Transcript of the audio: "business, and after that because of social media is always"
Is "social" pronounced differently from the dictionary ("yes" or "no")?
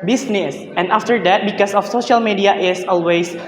no